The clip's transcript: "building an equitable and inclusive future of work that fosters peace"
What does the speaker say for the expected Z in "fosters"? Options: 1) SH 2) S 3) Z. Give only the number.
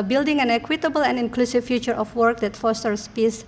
2